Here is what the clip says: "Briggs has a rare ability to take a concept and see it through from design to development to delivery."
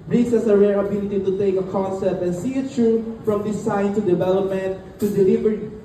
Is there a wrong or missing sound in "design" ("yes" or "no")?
yes